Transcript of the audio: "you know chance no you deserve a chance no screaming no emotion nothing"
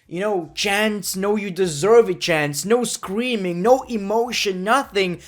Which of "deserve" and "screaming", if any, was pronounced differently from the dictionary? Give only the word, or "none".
none